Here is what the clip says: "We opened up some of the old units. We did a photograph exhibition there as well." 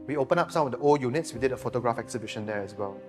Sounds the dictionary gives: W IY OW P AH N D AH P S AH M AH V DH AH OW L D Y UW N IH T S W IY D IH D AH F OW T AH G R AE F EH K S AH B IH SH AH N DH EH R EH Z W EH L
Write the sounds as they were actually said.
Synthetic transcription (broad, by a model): W IY OW P AH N AH P S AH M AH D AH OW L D Y UW N IH T S W IY D IH D AH F OW T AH G R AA F EH K S AH B IH SH AH N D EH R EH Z W EH L